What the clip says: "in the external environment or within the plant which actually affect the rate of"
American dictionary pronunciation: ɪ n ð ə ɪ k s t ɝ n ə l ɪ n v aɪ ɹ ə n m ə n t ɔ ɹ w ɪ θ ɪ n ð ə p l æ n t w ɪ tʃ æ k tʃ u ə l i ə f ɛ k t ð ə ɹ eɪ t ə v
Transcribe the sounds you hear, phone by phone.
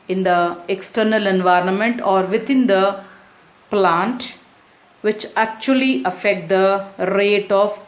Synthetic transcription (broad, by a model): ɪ n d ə ɪ k s t ɝ n ə l ɪ n v aɪ ɹ ə n m ə n t ɔ ɹ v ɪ t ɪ n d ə p l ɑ n t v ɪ tʃ æ k tʃ u ə l i ə f ɛ k t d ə ɹ eɪ t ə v